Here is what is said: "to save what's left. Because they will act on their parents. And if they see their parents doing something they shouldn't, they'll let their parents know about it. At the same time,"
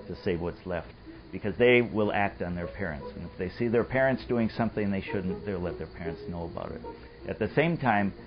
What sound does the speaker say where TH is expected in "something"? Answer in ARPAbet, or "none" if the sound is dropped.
TH